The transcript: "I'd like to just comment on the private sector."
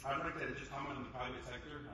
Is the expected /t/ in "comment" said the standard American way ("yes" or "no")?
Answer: no